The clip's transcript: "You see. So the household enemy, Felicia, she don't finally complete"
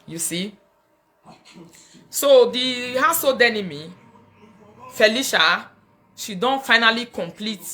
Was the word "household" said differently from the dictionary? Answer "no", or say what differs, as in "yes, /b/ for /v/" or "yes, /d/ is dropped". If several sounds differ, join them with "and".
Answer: yes, /l/ is dropped